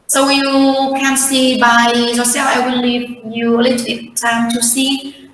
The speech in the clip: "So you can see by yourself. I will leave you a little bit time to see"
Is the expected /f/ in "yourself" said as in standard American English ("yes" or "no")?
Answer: no